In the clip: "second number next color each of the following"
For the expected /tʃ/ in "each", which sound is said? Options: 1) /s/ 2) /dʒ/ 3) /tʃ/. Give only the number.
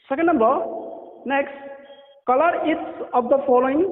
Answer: 1